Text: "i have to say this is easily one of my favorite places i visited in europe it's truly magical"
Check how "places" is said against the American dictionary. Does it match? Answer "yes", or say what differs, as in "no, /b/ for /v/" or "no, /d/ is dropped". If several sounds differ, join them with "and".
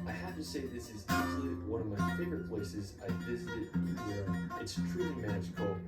yes